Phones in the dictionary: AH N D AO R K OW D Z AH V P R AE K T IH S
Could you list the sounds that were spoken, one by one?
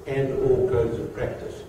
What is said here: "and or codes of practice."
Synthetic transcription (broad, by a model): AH N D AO L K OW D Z AH V P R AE K T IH S